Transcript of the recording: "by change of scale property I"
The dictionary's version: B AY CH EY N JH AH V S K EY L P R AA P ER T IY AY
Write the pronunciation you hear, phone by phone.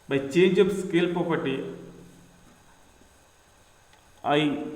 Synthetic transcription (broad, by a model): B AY CH EY N JH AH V S K EY L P AA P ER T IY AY